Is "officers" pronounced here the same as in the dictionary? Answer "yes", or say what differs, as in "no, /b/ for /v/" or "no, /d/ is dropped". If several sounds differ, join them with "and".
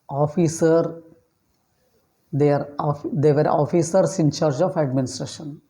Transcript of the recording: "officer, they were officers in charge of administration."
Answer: no, /s/ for /z/